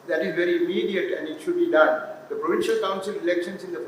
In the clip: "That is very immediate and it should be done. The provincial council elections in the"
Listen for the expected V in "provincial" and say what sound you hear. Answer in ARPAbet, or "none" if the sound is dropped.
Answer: V